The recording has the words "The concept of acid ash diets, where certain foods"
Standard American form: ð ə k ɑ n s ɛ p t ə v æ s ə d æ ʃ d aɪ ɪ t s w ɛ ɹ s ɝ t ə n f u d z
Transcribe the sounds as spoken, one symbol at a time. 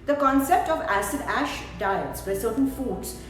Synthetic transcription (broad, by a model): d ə k ɑ n s ɛ p t ə v æ s ə d æ ʃ d aɪ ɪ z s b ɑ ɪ s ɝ t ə n f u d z